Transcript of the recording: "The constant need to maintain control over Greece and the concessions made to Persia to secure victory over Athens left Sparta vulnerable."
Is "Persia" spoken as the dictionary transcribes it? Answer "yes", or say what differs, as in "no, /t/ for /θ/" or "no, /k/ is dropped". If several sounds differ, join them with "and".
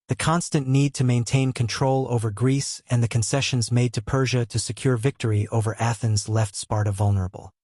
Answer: yes